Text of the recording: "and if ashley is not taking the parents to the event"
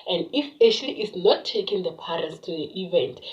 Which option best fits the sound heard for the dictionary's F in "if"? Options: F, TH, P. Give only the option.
P